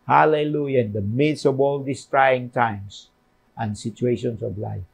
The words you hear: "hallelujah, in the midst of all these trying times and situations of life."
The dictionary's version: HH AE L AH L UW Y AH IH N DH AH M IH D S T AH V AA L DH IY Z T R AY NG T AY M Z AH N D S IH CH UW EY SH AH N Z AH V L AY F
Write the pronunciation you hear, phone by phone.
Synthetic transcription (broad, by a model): HH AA L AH L UW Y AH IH N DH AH M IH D S AH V AA L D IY S T R AY NG T AY M S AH N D S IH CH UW EY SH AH N S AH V L AY F